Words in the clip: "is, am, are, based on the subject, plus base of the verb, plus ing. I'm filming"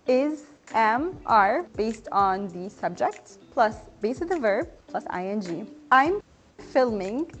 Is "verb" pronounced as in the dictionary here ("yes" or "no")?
yes